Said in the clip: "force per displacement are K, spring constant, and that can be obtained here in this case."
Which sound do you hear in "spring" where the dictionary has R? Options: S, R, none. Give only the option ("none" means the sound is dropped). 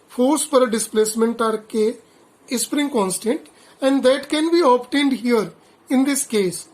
R